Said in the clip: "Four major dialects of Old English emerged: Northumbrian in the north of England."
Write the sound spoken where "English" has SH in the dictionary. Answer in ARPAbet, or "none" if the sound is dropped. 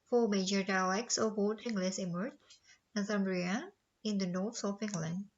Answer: S